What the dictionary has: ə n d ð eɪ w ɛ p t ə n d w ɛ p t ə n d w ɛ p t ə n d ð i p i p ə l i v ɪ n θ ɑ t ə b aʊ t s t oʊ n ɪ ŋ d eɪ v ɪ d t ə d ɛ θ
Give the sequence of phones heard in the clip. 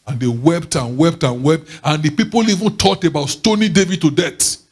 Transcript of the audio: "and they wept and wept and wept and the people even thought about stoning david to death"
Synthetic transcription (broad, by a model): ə n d eɪ w ɛ p t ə n w ɛ p t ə n w ɛ p t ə n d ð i p i p ə l i v ɪ n t ɑ t ə b aʊ t s t oʊ n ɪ d eɪ v ɪ d t ə d ɛ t